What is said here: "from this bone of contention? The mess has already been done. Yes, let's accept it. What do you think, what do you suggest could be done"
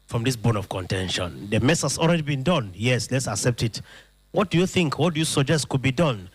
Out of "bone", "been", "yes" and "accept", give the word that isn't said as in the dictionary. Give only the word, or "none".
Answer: none